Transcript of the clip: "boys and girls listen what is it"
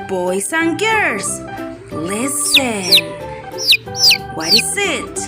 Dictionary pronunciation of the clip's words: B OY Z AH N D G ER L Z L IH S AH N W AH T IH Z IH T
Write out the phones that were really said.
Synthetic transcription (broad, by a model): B OY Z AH N G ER Z L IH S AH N W AH T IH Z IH T